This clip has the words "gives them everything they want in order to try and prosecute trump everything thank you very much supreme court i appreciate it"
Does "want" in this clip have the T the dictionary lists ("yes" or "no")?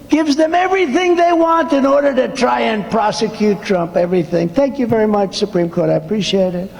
yes